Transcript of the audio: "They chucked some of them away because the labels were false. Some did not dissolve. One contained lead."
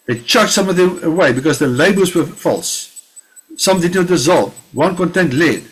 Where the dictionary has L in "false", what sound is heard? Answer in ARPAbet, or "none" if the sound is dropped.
L